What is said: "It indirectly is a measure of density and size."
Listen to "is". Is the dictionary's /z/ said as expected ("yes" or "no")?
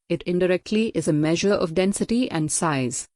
yes